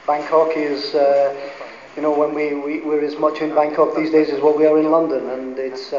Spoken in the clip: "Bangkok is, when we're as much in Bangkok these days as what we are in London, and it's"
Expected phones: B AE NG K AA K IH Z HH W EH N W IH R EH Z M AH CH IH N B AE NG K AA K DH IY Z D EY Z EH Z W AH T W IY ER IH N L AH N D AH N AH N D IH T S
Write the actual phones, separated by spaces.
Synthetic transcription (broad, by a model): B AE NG K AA K IH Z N W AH N W IH R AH Z M AH CH IH N B AE NG K AA K DH IY Z D EY Z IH Z W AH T W IY ER IH N L AH N D AH N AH N IH T S